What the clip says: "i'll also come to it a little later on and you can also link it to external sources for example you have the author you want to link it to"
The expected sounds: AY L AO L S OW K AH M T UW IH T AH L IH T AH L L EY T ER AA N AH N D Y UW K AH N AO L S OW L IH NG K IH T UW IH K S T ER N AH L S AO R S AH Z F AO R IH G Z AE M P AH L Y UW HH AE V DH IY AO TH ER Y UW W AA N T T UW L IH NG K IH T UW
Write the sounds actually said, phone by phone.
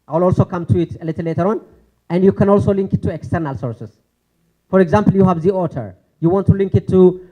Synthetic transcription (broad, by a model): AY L AO L S OW K AH M T UW IH T AH L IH T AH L L EY T ER AA N AH N D Y UW K AH N AO L S OW L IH NG K IH T UW IH K S T ER N AH L S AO R S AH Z F AO R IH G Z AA M P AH L Y UW HH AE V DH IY AO T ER Y UW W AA N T T UW L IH NG K IH T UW